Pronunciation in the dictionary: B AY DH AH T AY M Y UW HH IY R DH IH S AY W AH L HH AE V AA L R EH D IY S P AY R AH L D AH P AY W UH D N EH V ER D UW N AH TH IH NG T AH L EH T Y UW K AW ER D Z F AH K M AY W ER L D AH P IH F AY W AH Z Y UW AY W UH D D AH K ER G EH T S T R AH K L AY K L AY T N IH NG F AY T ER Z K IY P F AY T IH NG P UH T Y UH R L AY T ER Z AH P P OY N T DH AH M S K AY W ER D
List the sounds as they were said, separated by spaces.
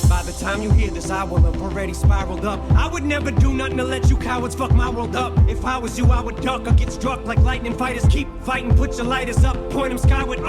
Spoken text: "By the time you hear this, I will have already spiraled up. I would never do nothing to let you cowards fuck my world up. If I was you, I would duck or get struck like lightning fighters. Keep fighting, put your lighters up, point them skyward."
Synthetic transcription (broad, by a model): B AY DH AH T AY M Y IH HH IY R DH IH S AY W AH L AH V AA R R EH D IY S P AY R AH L D AH P AY W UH D N EH V ER D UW N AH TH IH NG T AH L EH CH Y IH K AW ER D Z F AH K M AY W ER L D AH P IH F AY W AH Z Y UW AY W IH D D AH K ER G EH T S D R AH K L AY K L AY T N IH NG F AY T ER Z K IY P F AY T IH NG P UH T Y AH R L AY T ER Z AH P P OY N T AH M S K AY W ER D